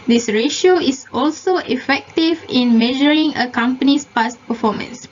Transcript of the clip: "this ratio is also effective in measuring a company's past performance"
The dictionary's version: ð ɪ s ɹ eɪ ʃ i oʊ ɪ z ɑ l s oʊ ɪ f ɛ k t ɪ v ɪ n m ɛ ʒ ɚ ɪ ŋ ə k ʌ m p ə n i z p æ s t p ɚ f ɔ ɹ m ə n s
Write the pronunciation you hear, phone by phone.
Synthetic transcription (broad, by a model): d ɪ s ɹ eɪ ʃ i oʊ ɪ s ɑ l s oʊ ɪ f ɛ k t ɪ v ɪ n m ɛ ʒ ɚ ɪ ŋ ə k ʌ m p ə n i s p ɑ s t p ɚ f ɔ m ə n s